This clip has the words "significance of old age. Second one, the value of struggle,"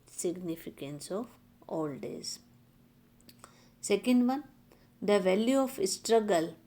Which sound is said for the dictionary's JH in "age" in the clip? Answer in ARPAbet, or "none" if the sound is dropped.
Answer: Z